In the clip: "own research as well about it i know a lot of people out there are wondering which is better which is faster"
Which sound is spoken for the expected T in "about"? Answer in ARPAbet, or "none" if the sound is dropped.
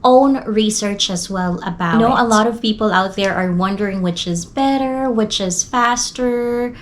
none